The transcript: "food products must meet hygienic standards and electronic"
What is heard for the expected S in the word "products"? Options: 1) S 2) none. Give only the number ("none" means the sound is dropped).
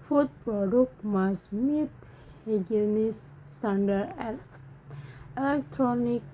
2